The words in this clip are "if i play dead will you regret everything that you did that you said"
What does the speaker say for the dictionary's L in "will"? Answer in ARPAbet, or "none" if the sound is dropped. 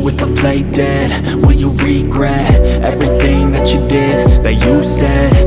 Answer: N